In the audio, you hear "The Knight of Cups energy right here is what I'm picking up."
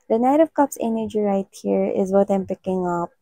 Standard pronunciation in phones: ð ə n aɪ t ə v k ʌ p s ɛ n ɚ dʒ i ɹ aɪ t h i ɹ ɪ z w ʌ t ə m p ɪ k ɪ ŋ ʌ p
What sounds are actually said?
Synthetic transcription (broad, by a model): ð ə n aɪ t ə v k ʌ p s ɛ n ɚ dʒ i ɹ aɪ t h i ɹ ɪ z w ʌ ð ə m p ɪ k ɪ ŋ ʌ p